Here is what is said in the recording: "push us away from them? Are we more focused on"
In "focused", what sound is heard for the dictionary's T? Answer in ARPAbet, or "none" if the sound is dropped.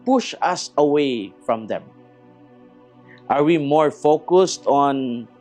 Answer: T